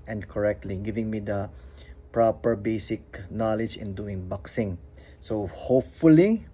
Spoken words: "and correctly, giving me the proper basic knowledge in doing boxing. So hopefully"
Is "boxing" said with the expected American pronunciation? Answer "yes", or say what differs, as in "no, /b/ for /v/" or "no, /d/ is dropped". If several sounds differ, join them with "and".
yes